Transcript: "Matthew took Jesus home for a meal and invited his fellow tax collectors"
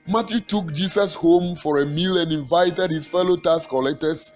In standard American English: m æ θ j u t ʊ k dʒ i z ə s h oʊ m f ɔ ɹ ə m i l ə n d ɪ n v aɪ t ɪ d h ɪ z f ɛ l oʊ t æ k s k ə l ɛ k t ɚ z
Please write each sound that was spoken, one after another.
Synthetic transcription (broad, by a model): m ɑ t j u t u k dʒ i s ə s h oʊ m f ɔ ɹ ə m i l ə n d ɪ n v aɪ t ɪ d h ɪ s f ɛ l oʊ t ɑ s k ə l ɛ k t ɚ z